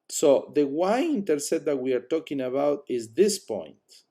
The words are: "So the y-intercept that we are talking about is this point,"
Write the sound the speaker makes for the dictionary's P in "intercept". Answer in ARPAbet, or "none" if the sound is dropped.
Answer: none